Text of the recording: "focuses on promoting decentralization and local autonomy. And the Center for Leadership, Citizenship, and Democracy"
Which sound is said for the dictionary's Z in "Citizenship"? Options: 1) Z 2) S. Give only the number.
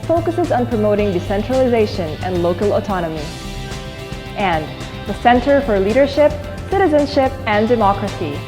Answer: 1